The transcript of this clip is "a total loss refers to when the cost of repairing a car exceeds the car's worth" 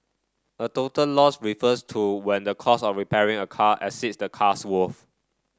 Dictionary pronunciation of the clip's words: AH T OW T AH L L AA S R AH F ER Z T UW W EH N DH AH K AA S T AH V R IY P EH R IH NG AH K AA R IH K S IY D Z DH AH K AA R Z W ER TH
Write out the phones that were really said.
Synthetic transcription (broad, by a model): AH T OW T AH L L AA S R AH F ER S T UW W EH N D AH K AA S AH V R IY P EH R IH NG AH K AA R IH S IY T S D AH K AA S W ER F